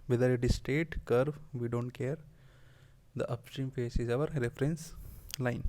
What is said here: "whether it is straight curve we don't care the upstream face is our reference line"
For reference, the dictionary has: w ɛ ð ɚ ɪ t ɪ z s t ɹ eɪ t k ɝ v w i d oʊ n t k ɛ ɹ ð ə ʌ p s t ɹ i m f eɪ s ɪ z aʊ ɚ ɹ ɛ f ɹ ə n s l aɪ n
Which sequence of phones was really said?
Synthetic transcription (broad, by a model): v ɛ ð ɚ ɪ t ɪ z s t eɪ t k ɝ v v i d oʊ n t k ɛ ɹ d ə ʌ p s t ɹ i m f eɪ s ɪ z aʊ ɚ ɹ ɛ f ɹ ə n s l aɪ n